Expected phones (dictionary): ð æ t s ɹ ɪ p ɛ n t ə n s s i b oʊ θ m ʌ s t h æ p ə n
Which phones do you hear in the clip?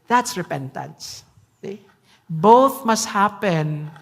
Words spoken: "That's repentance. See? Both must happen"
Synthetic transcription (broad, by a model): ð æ t s ɹ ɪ p ɛ n t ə n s s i b oʊ θ m ʌ s t h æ p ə n